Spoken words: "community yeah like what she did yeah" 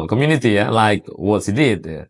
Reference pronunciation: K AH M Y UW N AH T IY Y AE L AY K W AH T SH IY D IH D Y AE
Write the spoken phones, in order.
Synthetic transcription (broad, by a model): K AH M Y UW N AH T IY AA L AY K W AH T S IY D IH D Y